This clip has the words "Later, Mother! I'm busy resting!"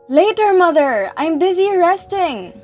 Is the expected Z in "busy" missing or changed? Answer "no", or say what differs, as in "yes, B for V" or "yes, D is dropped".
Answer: no